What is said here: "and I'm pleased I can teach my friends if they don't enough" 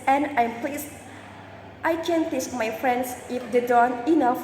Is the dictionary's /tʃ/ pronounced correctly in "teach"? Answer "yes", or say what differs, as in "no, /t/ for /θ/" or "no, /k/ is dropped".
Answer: no, /s/ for /tʃ/